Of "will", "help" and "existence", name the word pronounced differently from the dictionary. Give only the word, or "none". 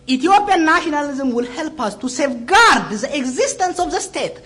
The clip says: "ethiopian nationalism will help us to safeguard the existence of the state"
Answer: none